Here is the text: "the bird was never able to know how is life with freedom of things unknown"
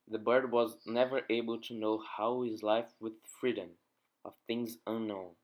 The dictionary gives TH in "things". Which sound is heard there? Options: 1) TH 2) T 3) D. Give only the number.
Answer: 1